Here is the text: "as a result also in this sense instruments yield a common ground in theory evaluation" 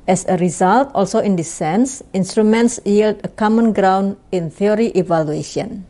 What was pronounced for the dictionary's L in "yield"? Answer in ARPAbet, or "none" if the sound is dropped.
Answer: L